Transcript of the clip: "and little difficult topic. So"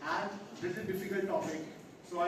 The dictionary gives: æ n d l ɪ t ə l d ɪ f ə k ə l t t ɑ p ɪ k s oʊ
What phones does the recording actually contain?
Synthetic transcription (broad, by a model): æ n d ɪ s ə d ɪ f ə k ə l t t ɑ p ɪ k s oʊ